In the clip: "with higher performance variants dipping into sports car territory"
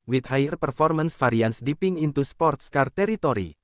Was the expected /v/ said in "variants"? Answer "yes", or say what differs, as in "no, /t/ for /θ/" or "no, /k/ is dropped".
no, /f/ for /v/